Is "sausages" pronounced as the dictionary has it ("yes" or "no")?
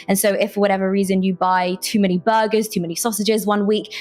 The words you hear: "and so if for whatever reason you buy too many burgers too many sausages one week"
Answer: yes